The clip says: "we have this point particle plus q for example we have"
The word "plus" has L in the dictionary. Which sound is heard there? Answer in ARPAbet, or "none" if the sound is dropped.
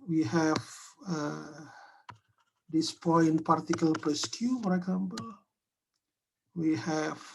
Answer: none